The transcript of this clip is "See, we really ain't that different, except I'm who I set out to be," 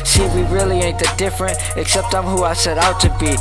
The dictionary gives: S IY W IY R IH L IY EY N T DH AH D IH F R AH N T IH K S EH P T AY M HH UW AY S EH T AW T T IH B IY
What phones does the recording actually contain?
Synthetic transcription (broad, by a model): S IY W IY R IH L IY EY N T DH AH D IH F R AH N T IH K S EH P T AY M HH UW AY S EH T AW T T IH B IY